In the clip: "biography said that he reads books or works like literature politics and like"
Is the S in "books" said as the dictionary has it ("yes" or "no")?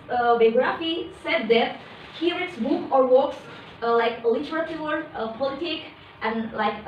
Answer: no